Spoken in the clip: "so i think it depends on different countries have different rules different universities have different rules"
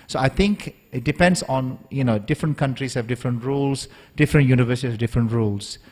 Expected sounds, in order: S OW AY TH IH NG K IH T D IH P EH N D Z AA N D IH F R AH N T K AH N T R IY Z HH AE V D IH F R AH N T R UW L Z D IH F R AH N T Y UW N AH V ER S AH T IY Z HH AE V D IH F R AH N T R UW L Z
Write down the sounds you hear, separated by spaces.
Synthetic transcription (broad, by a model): S OW AY T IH NG K IH T D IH P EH N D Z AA N D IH F R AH N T K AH N T R IY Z HH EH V D IH F R AH N T R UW L S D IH F R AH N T Y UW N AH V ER S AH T IY HH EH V D IH F R AH N T R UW L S